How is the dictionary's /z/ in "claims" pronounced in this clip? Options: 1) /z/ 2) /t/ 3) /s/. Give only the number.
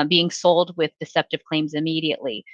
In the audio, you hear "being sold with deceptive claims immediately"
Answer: 1